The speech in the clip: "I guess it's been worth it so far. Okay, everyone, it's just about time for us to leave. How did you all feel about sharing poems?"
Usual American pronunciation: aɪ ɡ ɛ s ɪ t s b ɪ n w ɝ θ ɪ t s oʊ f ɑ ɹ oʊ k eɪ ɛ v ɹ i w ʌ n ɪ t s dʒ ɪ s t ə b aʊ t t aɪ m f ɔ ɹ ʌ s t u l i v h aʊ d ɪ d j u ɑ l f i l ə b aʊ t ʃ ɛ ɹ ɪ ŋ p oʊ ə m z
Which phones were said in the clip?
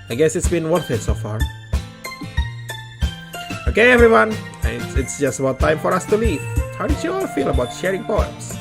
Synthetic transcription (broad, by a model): aɪ ɡ ɛ s ɪ t s b ɪ n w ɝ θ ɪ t s oʊ f ɑ ɹ oʊ k eɪ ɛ v ɹ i w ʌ n ɪ t s dʒ ɪ s t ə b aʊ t t aɪ m f ɔ ɹ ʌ s t u l i v h aʊ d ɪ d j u ɑ l f i l ə b aʊ t ʃ ɛ ɹ ɪ ŋ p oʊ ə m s